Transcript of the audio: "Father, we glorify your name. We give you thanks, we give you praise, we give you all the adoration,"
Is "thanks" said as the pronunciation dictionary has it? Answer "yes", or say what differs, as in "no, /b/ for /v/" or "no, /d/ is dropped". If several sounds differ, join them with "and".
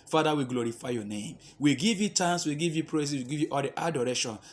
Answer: no, /t/ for /θ/